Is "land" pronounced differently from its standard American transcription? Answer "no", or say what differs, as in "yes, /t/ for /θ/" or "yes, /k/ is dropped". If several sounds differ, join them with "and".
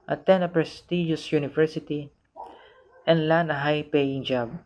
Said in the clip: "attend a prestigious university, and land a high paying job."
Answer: yes, /d/ is dropped